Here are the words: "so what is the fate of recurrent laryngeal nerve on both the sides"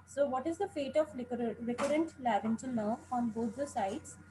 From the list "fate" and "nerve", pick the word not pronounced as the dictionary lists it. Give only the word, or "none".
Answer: nerve